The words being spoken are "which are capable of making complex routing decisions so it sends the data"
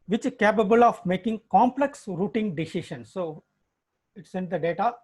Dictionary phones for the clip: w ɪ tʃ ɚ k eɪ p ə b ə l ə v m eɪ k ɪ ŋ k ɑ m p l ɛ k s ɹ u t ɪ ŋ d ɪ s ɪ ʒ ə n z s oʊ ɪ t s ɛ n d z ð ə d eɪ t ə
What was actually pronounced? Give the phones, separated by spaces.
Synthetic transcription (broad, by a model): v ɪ tʃ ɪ k eɪ p ə b ə l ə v m eɪ k ɪ ŋ k ɑ m p l ɛ k s ɹ u t ɪ ŋ d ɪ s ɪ ʃ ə n s oʊ ɪ t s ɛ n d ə d eɪ t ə